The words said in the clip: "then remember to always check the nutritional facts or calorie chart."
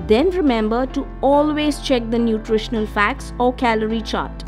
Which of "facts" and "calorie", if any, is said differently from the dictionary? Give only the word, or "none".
none